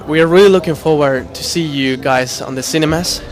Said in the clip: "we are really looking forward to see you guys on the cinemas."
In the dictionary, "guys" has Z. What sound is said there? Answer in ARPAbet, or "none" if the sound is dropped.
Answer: Z